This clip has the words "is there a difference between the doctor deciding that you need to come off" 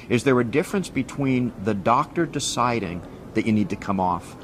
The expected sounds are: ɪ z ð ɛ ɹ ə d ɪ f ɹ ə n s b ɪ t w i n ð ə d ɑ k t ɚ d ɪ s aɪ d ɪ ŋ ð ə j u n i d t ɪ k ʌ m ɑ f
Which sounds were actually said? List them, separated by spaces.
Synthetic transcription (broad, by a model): ɪ z ð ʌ ɹ ə d ɪ f ɹ ə n s b ɪ t w i n ð ə d ɑ k t ɚ d ɪ s aɪ d ɪ ŋ ð ə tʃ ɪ n i d t ɪ k ʌ m ɑ f